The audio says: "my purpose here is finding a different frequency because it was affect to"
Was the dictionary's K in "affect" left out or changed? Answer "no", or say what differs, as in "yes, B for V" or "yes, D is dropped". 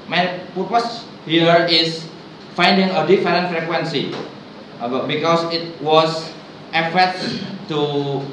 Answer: yes, K is dropped